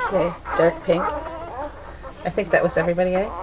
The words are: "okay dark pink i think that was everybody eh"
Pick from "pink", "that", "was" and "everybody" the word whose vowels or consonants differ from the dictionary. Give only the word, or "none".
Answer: none